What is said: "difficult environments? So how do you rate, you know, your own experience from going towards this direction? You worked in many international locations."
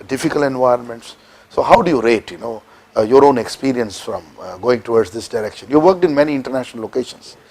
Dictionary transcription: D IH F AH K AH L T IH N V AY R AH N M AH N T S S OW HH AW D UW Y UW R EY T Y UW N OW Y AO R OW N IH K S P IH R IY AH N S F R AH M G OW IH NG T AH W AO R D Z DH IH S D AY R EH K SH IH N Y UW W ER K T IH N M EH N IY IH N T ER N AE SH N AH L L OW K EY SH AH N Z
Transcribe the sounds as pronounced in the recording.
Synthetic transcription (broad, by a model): D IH F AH K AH L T IH N V AY R AH N M AH N T S S OW HH AW D UW Y UW R EY T Y UW N OW Y AO R OW N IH K S P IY R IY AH N S F R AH M G OW IH NG T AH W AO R D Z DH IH S D AY R EH K SH IH N Y UW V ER K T IH N M EH N IY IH N T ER N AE SH N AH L L OW K EY SH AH N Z